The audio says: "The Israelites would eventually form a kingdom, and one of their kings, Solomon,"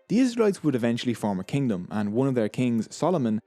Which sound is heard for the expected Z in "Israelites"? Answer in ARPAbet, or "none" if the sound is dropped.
Z